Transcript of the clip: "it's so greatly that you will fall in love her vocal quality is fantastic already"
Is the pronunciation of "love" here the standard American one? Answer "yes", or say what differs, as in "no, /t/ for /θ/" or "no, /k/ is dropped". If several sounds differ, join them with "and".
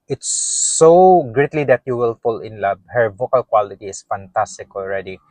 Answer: no, /b/ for /v/